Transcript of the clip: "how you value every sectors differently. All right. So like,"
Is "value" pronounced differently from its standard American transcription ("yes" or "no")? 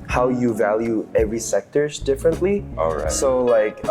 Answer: no